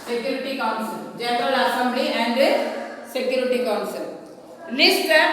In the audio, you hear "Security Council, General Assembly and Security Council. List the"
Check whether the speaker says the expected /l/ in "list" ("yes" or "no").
no